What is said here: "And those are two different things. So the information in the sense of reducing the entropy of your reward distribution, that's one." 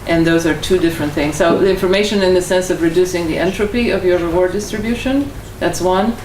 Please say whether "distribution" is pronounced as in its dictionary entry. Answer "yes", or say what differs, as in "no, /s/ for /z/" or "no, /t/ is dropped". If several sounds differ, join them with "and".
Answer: yes